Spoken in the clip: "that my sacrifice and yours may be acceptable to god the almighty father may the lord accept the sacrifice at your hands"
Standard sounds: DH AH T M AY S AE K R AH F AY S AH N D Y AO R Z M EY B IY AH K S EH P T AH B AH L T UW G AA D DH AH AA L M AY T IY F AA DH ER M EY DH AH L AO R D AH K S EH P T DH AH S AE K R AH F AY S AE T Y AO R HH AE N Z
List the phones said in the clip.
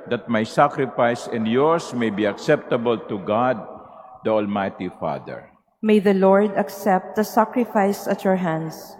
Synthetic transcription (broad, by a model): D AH T M AY S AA K R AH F AY S AH N D Y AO R S M EY B IY AH K S EH P T AH B AH L T UW G AA D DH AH AA L M AY T IY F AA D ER M EY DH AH L AO R D AH K S EH P T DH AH S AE K R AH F AY S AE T Y AO R HH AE N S